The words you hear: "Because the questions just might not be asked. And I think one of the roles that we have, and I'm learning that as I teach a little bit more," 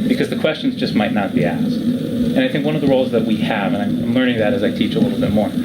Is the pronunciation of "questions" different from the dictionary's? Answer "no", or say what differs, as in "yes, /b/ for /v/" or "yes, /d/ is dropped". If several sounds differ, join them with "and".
no